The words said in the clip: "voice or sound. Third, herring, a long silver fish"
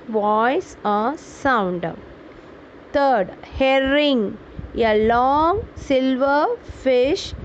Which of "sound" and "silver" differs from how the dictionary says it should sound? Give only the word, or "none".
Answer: none